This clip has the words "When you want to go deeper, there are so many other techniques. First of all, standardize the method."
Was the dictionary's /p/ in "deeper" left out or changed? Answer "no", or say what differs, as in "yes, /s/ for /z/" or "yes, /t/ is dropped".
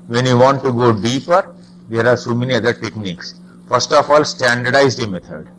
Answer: no